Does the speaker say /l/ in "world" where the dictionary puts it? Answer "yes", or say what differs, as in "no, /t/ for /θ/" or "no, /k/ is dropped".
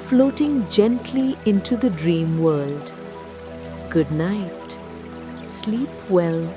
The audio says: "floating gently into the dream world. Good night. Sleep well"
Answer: yes